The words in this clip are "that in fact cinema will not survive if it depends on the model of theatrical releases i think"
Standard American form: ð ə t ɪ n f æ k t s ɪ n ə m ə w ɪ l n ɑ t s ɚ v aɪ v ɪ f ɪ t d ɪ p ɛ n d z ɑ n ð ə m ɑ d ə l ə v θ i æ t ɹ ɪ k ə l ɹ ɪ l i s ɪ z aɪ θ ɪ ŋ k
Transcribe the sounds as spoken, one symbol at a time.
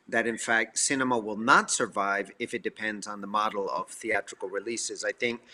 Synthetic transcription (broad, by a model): ð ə t ɪ n f æ k t s ɪ n ə m ə w ɪ l n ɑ t s ɚ v aɪ v ɪ f ɪ t d ɪ p ɛ n d z n ð ə m ɑ d l ə v θ i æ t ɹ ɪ k l ɹ ɪ l i s ɪ z aɪ θ ɪ ŋ k